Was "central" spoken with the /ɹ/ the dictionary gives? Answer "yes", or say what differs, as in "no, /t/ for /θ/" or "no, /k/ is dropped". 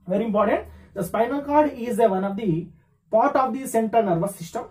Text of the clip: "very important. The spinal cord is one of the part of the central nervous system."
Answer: no, /ɹ/ is dropped